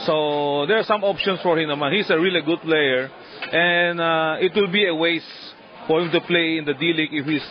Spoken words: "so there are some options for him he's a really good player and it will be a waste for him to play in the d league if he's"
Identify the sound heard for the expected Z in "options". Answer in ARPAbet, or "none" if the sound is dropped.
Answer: S